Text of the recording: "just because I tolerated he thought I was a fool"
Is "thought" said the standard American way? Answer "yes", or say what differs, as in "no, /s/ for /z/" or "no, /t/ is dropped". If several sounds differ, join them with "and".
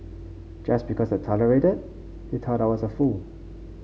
no, /t/ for /θ/